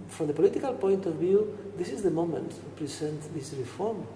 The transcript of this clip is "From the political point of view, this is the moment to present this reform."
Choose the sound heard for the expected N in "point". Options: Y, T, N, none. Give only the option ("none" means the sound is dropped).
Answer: N